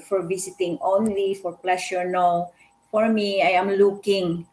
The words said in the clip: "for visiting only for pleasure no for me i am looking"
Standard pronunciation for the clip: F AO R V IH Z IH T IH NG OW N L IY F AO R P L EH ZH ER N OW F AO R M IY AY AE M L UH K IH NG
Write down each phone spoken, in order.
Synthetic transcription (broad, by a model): F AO R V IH S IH T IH NG OW N L IY F AO R P L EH SH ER N OW F AO R M IY AY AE M L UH K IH NG